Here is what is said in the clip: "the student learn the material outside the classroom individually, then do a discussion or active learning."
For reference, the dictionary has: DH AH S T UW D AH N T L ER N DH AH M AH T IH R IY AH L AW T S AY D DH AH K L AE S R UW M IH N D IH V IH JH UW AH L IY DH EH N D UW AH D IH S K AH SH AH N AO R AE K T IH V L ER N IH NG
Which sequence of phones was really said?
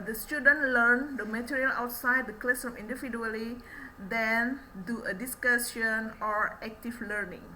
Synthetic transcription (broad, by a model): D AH S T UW D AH N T L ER N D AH M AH T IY R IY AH L AW T S AY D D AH K L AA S AO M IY N D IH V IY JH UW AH L IY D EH N D UW AH D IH S K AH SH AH N AO R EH K T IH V L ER N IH NG